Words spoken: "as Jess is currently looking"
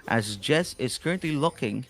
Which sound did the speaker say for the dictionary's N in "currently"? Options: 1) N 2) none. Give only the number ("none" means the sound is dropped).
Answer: 1